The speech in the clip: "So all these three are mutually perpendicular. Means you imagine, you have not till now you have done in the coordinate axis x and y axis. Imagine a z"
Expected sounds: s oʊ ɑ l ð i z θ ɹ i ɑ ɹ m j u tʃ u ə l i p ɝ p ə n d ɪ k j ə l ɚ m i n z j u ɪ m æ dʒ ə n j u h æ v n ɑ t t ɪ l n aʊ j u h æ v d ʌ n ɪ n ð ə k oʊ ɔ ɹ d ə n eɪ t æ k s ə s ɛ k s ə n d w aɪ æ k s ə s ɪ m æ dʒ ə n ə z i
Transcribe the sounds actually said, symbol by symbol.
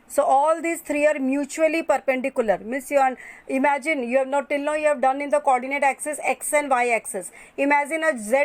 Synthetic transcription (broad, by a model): s oʊ ɑ l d i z t ɹ i ɑ ɹ m j u tʃ u ə l i p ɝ p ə n d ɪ k j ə l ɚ m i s j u ɪ m æ dʒ ə n j u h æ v n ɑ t t ɪ l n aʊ j u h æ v d ʌ n ɪ n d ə k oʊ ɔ ɹ d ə n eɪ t æ k s ə s ɛ k s ə n d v aɪ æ k s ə s ɪ m æ dʒ ə n ə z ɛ